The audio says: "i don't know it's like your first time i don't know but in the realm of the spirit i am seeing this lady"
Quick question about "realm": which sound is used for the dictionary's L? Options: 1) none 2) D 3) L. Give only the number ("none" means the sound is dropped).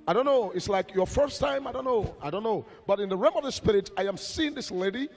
1